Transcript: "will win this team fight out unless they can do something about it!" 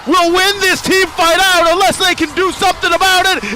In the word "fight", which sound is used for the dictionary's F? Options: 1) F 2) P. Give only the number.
1